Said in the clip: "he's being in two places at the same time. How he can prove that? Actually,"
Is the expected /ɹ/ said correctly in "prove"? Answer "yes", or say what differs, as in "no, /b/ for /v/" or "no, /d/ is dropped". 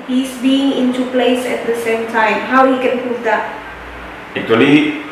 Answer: no, /ɹ/ is dropped